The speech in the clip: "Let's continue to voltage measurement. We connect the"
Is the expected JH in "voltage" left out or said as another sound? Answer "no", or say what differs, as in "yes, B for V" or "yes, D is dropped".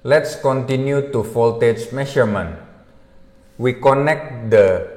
yes, CH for JH